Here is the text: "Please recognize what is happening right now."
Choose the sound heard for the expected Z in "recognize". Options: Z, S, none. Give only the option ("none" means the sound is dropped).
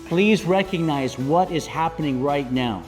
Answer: Z